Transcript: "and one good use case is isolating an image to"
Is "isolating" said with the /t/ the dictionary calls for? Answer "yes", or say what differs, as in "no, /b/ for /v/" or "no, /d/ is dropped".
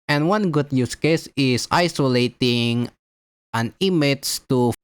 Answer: yes